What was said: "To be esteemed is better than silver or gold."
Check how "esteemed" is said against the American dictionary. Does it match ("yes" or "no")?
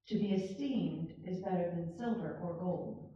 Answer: yes